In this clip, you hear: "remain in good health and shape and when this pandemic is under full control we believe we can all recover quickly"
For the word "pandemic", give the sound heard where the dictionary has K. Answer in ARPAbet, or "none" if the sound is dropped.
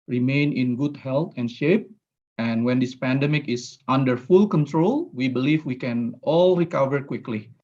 K